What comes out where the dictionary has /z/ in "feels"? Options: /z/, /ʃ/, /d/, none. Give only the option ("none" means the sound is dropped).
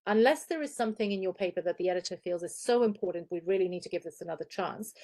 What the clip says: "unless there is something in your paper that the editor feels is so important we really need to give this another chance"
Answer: /z/